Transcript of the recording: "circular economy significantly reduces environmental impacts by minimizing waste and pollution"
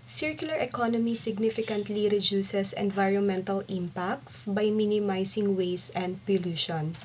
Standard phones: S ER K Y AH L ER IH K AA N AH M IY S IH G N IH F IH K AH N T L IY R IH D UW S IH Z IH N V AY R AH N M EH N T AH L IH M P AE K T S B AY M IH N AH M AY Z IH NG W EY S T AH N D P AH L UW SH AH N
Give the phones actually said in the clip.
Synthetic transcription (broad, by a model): S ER K Y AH L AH IH K AA N AH M IY S IH G N IH F IH K AH N T L IY R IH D UW S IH S IH N V AY R AH N M EH N T AH L IH M P AE K T S B AY M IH N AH M AY S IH NG W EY S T AH N D P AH L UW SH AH N